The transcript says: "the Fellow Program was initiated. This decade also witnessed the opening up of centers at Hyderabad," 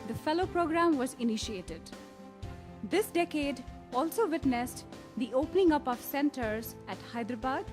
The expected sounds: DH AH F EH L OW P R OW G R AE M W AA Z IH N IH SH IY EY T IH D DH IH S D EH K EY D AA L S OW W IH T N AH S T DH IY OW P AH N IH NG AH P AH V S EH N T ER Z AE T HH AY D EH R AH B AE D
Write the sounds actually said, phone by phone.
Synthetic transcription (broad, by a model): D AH F EH L OW P R OW G R AE M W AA Z IH N IH SH IY EY T IH D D IH S D EH K EY D AA L S OW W IH T N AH S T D IY OW P AH N IH NG AH P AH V S EH N T ER Z AE T HH AY D R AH B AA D